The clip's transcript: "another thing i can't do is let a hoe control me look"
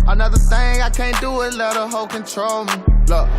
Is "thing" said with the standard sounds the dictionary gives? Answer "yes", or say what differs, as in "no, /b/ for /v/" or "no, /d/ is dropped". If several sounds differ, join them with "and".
yes